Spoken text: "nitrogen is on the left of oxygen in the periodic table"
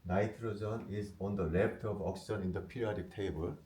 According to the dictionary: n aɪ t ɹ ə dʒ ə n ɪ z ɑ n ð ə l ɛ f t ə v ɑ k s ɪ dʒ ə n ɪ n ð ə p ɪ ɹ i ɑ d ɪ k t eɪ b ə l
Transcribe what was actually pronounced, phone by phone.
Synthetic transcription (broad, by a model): n aɪ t ɹ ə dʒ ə n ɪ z ɑ n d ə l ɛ p t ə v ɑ k s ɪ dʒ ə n ɪ n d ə p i ɹ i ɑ d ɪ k t eɪ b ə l